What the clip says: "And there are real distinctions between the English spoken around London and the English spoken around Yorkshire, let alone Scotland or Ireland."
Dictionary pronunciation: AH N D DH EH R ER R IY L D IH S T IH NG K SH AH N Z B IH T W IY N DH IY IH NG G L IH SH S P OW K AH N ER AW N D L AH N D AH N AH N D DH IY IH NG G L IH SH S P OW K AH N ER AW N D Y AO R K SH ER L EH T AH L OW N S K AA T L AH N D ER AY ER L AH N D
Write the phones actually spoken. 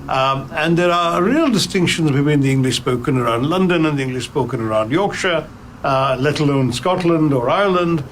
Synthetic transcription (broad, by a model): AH N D DH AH R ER R IY L D IH S T IH NG K SH AH N Z B IH T W IY N DH IY IH NG G L IH SH S P OW K AH N ER AW N D L AH N D AH N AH N DH IY IH NG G L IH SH S P OW K AH N ER AW N D Y AO R K SH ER L EH T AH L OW N S K AA T L AH N D ER AY ER L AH N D